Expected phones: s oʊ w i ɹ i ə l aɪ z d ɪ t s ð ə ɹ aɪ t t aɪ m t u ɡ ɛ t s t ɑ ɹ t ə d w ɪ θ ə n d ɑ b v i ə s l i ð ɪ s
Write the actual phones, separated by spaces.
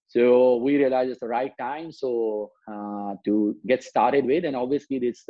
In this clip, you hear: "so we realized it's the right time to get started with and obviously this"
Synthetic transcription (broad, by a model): s oʊ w i ɹ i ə l aɪ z ɪ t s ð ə ɹ aɪ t t aɪ m t u ɡ ɛ t s t ɑ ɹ t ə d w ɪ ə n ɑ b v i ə s l i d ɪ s